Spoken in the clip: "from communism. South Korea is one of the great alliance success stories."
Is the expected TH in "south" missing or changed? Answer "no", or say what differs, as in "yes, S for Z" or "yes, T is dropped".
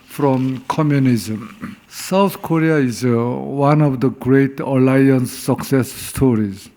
yes, T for TH